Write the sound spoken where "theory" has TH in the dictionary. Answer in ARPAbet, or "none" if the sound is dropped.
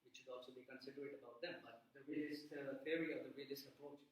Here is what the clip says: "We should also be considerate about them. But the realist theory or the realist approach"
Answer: F